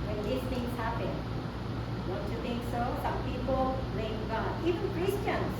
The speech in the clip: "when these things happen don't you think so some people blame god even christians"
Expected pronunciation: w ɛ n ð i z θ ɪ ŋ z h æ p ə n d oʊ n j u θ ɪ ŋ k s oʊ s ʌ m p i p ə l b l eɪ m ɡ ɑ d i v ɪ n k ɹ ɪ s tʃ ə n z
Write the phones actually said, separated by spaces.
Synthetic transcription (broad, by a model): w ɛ n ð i s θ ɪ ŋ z h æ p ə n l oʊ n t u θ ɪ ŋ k s oʊ s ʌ m p i p ə l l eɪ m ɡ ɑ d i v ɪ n k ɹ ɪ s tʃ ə n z